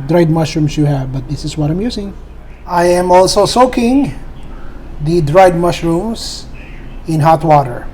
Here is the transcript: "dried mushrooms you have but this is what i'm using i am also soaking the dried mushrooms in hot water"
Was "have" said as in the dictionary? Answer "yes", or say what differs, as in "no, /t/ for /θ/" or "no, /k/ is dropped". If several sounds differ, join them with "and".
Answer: yes